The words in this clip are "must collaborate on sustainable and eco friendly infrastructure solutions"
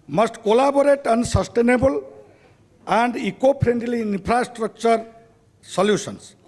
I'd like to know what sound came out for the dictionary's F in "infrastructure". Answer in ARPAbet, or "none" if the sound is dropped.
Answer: P